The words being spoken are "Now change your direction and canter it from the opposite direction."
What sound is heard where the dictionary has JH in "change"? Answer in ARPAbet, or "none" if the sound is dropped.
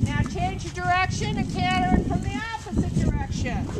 JH